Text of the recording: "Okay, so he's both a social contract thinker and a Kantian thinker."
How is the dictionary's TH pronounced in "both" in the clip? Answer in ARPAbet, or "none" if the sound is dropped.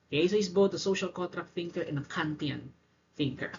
T